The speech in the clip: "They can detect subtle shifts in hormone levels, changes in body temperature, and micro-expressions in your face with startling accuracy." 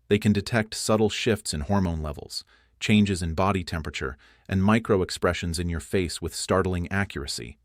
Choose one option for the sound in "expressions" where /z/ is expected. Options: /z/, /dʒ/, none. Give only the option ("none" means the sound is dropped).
/z/